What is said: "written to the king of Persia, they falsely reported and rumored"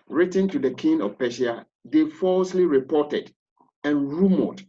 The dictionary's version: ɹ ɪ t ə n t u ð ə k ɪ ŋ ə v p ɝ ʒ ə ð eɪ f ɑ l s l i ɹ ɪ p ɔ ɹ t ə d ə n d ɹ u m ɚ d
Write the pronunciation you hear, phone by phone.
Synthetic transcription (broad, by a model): ɹ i t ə n t u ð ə k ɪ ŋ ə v p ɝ ʃ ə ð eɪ f ɑ l s l i ɹ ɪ p ɔ t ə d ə n ɹ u m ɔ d